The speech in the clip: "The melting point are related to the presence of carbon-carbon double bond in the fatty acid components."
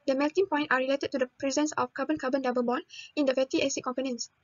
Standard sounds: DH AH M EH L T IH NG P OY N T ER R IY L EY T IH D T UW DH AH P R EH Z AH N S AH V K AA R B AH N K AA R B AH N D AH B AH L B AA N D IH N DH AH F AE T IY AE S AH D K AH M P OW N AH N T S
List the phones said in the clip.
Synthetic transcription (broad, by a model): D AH M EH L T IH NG P OY N T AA R IY L EY T IH D T UW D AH P R EH Z AH N S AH F K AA B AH N K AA B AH N D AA B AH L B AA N IH N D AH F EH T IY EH S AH K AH M P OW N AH N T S